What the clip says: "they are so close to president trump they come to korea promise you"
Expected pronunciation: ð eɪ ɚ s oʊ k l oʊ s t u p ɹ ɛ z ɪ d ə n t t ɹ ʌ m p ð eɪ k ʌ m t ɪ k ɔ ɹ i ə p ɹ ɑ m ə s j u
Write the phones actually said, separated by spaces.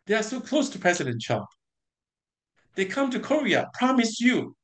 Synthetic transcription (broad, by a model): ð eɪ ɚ s oʊ k l oʊ s t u p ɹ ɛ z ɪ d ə n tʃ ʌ p ð eɪ k ʌ m t ɪ k ɔ ɹ i ə p ɹ ɑ m ə s j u